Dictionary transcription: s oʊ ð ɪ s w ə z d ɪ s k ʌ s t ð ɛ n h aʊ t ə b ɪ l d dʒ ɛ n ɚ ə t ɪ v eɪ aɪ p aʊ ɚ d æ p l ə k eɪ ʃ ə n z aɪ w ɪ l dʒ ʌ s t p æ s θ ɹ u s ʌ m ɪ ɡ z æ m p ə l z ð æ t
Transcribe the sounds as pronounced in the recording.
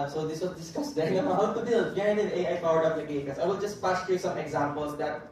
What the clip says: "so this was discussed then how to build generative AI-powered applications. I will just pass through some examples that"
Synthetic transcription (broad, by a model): s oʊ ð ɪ s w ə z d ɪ s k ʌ s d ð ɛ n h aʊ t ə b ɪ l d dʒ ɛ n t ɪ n eɪ aɪ f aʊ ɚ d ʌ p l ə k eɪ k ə z aɪ w ɪ l dʒ ʌ s t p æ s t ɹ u s ʌ m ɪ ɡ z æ m p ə l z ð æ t